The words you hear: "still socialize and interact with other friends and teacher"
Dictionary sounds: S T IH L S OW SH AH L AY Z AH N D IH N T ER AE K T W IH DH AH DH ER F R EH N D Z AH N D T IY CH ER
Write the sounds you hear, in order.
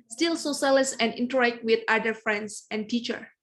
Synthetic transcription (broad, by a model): S T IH L S OW S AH L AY S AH N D IH N T ER AE K T W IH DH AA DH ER F R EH N D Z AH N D T IY CH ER